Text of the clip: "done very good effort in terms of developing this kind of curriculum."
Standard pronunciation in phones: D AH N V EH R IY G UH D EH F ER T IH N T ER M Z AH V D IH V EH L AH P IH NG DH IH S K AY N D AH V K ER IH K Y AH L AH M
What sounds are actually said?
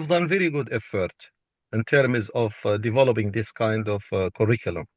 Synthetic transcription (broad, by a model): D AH N V EH R IY G UH D EH F ER T IH N T ER M Z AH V D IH V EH L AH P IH NG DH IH S K AY N D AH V K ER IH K Y L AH M